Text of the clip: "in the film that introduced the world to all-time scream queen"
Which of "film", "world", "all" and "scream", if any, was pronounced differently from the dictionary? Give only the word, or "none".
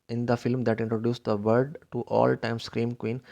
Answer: world